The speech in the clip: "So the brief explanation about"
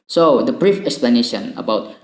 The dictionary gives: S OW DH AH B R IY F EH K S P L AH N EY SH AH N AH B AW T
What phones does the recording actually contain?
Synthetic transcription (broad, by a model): S OW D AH B R IY F EH K S P L AH N EY SH AH N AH B AW T